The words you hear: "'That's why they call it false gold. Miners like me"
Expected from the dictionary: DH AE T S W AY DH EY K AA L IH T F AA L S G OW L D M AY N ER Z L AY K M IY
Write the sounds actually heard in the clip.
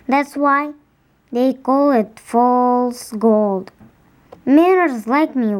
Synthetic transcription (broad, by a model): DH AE T S W AY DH EY K AA L IH T F AA L S G OW L D M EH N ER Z L AY K M IY